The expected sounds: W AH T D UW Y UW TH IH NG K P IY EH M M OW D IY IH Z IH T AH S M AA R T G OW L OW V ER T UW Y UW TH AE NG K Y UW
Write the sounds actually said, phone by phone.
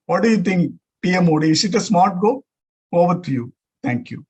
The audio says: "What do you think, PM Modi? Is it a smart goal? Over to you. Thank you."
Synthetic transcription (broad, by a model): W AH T D UW Y UW T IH NG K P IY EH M M OW D IY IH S IH T AH S M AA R T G OW OW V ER T UW Y UW T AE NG K Y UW